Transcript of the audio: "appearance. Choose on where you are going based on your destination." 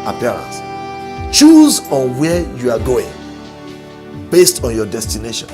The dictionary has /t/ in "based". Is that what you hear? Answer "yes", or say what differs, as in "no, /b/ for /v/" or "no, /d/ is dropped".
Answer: yes